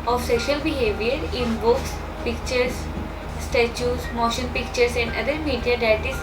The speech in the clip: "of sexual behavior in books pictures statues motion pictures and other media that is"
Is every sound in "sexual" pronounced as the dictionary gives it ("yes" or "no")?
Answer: no